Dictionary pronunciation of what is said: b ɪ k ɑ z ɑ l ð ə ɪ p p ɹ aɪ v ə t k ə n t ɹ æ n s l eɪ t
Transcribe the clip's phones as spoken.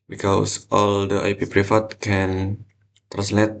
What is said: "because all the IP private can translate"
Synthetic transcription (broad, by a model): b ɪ k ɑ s ɑ l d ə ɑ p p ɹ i f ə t k ə n t ɹ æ n s l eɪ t